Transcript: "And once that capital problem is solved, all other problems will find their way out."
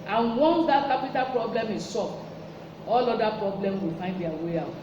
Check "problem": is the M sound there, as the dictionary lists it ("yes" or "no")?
yes